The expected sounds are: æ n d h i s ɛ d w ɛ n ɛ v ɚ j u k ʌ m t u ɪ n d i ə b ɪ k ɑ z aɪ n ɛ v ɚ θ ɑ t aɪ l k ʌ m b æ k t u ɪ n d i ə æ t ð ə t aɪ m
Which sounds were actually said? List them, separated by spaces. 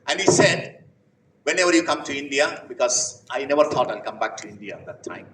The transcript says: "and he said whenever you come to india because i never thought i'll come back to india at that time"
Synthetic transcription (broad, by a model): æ n h i s ɛ d w ɛ n ɛ v ɚ j u k ʌ m t u ɪ n d i ə b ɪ k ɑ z aɪ n ɛ v ɚ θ ɑ t aɪ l k ʌ m b æ k t u ɪ n d i ə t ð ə t aɪ m